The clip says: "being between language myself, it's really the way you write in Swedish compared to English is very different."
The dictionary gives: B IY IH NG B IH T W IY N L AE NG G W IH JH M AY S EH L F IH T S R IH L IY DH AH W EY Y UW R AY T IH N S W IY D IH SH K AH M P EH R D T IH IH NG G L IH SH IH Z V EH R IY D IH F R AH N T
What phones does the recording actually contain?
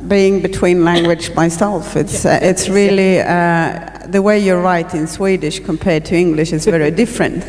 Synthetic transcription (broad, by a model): B IY IH NG B IH T W IY N L AE NG G W IH JH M AY S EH L F IH T S R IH L IY DH AH W EY Y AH R AY T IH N S W IY D IH SH K AH M P EH R D T IH IH NG G L IH SH IH Z V EH R IY D IH F R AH N T